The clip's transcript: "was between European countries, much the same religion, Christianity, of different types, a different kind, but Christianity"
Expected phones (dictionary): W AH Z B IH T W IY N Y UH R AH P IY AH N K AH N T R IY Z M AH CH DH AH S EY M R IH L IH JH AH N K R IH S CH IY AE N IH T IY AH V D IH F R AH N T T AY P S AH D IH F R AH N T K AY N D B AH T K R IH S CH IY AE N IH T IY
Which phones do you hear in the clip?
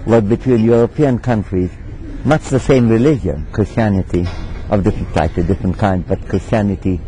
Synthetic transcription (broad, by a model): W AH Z B IH T W IY N Y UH R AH P IY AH N K AH N T R IY Z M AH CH DH AH S EY M R IH L IH JH AH N K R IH S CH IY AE N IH T IY AH V D IH F R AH N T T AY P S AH D IH F R AH N T K AY N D B AH T K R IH S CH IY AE N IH T IY